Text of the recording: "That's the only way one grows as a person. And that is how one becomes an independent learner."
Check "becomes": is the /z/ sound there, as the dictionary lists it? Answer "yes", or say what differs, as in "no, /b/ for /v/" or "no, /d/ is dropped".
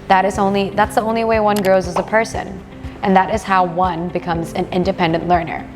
yes